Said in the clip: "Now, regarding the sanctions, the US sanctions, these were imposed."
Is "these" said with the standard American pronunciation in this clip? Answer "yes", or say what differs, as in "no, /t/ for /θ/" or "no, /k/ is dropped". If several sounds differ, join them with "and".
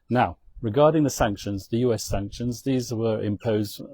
yes